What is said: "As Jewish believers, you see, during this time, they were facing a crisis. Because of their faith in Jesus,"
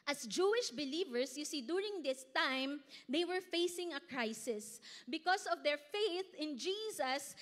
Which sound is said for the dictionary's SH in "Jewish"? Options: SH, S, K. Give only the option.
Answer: SH